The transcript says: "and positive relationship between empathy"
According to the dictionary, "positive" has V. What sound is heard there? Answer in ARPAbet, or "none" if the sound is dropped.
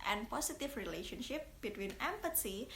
F